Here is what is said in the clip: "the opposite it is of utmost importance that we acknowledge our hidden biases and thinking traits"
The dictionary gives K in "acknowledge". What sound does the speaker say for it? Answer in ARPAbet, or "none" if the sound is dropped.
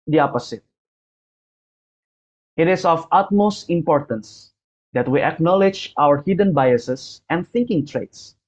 K